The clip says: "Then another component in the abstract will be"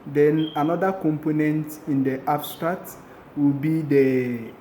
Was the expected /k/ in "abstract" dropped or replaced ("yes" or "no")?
yes